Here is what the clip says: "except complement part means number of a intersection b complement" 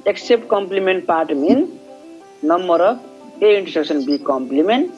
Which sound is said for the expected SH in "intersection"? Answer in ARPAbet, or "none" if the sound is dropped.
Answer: S